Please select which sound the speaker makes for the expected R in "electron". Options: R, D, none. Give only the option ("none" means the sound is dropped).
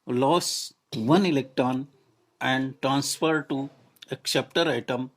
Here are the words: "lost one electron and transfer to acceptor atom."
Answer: R